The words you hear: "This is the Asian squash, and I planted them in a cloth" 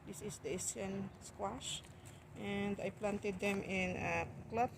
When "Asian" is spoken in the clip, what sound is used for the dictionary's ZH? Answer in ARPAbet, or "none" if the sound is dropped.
S